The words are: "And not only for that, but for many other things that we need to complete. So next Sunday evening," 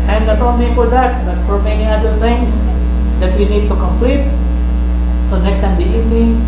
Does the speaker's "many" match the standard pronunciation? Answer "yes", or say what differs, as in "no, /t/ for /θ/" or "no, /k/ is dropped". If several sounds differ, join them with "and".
yes